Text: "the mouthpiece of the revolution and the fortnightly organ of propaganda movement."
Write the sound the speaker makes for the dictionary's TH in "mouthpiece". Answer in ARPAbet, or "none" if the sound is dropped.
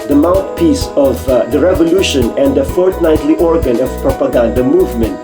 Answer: T